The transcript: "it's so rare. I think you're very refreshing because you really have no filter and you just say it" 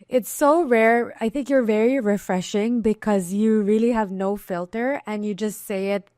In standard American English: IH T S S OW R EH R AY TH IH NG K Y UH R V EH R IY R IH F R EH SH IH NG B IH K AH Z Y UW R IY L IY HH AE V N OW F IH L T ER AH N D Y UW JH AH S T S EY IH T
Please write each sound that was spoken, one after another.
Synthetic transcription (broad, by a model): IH T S S OW R EH R AY TH IH NG K Y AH R V EH R IY R IH F R EH SH IH NG B IH K AH Z Y UW R IY L IY HH AE V N OW F IH L T ER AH N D Y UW JH AH S T S EY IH T